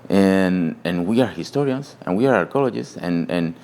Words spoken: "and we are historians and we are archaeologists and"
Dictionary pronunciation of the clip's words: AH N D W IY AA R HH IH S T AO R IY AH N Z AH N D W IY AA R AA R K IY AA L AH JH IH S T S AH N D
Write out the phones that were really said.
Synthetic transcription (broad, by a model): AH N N W IY AA R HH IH S T AO R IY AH N S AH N W IY AA R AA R K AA L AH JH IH S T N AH N